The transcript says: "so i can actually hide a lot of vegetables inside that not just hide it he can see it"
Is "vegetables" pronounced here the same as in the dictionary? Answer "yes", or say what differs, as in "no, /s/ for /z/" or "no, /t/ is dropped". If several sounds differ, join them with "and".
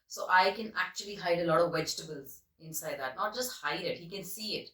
yes